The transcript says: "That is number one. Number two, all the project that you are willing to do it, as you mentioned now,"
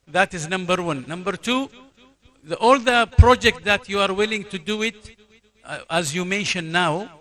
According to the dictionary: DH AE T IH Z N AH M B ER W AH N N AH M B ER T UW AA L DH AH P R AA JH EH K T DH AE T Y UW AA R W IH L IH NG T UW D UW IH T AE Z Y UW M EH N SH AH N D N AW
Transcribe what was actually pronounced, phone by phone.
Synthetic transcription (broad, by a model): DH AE T IH Z N AH M B ER W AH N N AH M B ER T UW AA L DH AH P R AA JH EH K T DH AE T Y UW AA R W IH L IH NG T UW D UW IH T AE Z Y UW M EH N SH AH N N AW